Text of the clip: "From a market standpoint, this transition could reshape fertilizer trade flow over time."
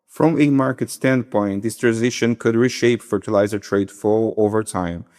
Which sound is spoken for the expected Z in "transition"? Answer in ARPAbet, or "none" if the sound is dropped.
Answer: Z